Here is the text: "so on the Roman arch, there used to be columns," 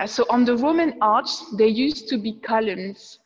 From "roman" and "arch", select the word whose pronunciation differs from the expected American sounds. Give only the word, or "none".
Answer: arch